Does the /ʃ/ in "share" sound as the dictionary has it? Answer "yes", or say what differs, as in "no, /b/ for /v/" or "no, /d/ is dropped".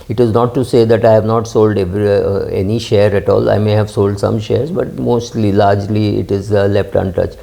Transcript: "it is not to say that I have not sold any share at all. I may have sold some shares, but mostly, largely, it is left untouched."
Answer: yes